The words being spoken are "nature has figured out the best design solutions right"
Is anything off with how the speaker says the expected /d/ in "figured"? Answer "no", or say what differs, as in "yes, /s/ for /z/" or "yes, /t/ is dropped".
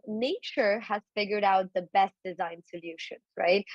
no